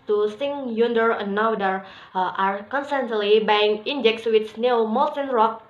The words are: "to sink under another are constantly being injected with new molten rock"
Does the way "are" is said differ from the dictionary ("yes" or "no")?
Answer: no